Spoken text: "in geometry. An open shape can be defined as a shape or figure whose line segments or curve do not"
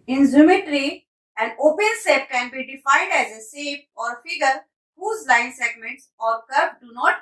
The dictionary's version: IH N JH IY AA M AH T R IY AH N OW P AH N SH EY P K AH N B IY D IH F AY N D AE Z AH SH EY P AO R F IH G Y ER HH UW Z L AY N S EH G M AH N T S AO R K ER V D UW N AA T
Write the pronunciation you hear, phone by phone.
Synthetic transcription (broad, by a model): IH N Z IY M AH T R IY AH N OW P AH N S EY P K AH N B IY D IH F AY N D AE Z AH S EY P AO R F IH G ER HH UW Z L AY N S EH G M AH N T S AO R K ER P D UW N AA T